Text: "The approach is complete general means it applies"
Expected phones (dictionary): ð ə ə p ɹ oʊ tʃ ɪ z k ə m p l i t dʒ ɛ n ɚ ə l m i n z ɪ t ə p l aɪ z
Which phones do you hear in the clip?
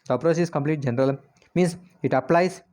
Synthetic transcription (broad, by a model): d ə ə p ɹ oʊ s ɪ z k ə m p l i t dʒ ɛ n ɚ ə l m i n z ɪ t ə p l aɪ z